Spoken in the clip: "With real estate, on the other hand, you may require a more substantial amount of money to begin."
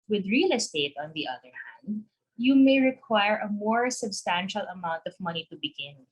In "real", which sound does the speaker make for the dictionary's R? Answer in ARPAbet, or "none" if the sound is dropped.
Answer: R